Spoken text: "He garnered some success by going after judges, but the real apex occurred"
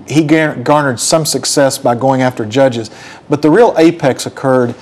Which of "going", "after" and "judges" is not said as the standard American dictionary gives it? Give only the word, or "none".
none